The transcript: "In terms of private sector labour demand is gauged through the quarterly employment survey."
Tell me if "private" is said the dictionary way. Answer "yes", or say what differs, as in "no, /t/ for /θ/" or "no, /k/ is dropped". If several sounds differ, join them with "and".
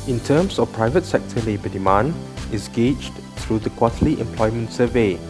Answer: yes